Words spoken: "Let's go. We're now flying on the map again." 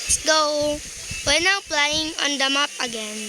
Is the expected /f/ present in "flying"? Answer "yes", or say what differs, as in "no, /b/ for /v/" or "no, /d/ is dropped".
no, /p/ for /f/